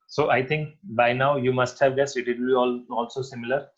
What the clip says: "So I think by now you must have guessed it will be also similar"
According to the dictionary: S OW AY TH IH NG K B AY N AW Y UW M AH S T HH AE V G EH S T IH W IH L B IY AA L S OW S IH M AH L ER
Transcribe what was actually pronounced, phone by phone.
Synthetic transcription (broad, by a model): S OW AY T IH NG K B AY N AW Y UW M AH S T HH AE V G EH S IH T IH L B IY AA L S OW S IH M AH L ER